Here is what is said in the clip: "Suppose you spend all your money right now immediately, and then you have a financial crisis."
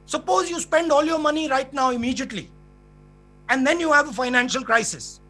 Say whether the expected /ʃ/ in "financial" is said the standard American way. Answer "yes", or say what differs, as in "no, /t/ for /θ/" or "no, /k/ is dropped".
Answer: yes